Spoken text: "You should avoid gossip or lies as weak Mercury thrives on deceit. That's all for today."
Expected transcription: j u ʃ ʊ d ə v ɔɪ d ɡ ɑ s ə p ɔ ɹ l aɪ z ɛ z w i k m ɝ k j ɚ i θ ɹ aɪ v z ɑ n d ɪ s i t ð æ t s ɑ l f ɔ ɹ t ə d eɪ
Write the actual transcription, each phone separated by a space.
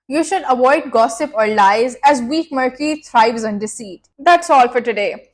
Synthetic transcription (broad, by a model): j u ʃ ʊ d ə v ɔɪ d ɡ ɑ s ə p ɔ ɹ l aɪ z ɛ z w i k m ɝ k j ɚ i t ɹ aɪ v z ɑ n d ɪ s i t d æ t s ɑ l f ɔ ɹ t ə d eɪ